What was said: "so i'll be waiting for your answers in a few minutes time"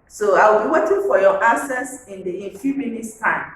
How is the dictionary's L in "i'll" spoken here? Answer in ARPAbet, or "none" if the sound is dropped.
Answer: W